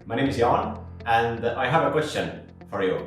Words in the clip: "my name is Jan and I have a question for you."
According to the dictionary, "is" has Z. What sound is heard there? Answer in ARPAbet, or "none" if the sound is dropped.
Z